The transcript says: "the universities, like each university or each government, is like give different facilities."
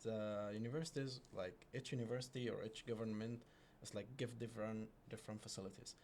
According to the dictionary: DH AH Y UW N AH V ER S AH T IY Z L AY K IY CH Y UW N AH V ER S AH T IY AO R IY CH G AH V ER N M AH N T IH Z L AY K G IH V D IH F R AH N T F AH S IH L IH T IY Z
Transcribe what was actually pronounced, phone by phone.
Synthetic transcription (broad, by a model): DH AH Y UW N AH V ER S AH T IY Z L AY K IY CH Y UW N AH V ER S AH T IY AO R IY CH G AH V ER N M AH N T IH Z L AY K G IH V D IH F R AH N T F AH S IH L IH T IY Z